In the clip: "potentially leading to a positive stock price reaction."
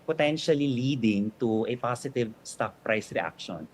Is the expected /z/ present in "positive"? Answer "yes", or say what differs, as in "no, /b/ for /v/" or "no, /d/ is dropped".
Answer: no, /s/ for /z/